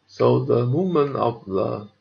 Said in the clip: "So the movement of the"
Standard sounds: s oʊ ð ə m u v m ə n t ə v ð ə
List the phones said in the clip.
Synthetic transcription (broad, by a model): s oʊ ð ə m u m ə n ə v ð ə